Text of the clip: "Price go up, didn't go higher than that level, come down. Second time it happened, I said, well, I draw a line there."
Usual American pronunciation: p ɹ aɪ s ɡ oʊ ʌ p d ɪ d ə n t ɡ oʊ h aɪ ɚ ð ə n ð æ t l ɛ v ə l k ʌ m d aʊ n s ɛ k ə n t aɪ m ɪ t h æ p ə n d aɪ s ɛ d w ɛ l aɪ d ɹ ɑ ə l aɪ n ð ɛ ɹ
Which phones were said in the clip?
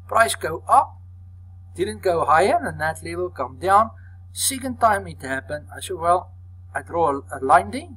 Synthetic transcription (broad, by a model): p ɹ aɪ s ɡ oʊ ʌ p d ɪ d ə n t ɡ oʊ h aɪ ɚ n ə n ð æ t l ɛ v ə l k ʌ m d aʊ n s ɛ k ə n t aɪ m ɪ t h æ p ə n aɪ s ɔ w ɛ l aɪ d ɹ ɑ ə l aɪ n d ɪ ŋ